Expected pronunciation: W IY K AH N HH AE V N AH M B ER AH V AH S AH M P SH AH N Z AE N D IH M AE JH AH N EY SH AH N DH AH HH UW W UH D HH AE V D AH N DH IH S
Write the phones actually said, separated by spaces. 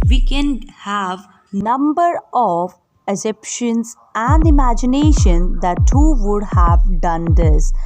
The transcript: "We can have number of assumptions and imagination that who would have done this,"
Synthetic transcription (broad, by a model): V IY K AH N HH AE V N AH M B ER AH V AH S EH P SH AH N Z AE N D IH M AE JH AH N EY SH AH N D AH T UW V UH D HH AE V D AH N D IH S